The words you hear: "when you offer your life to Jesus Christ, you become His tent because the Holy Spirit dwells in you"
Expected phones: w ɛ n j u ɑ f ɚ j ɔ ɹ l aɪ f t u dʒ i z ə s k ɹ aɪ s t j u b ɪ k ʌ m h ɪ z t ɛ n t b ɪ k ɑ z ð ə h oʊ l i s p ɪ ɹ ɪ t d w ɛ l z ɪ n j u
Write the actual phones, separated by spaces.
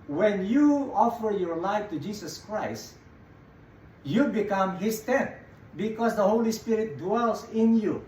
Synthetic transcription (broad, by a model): w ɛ n j u ɑ f ɚ j ɔ ɹ l aɪ f t u dʒ i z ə s k ɹ aɪ s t j u b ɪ k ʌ m h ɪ s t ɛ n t b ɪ k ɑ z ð ə h oʊ l i s p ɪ ɹ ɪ t d w ɛ l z ɪ n j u